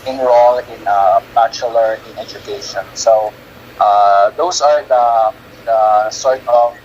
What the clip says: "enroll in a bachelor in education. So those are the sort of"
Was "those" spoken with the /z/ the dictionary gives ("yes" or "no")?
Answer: no